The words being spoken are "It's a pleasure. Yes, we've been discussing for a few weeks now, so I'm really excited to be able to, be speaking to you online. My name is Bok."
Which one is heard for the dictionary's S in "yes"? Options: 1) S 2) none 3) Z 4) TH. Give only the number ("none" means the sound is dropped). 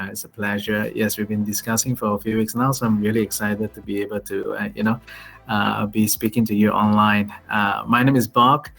1